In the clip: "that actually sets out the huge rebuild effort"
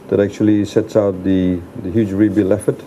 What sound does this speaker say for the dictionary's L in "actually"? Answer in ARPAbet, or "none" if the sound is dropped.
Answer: L